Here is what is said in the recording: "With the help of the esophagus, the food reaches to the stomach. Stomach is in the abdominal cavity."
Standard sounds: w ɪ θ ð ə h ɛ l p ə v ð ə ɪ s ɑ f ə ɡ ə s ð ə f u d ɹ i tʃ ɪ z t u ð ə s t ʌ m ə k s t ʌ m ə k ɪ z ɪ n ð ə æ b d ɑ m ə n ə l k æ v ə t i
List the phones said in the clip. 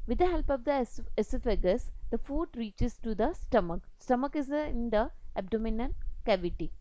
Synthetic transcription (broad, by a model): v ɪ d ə h ɛ l p ə v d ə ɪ s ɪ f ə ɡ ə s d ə f u d ɹ i tʃ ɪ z t u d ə s t ʌ m ə k s t ʌ m ə k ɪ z ɪ n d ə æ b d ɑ m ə n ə n k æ v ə t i